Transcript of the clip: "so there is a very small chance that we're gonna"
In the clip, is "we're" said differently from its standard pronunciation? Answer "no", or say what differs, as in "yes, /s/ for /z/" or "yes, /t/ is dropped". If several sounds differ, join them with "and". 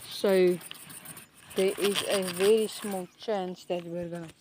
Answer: no